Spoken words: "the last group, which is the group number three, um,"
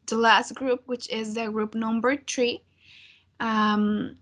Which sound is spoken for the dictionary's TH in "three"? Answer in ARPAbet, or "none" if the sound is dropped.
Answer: T